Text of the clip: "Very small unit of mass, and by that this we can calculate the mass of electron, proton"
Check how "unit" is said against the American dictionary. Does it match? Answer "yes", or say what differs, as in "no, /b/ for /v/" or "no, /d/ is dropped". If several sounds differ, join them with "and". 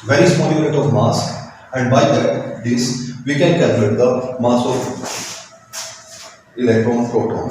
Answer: no, /n/ is dropped